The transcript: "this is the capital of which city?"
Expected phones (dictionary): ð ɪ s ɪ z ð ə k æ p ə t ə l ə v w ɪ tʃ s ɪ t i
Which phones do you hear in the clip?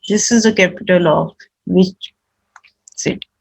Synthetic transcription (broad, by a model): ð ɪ s ɪ z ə k æ p ə t ə l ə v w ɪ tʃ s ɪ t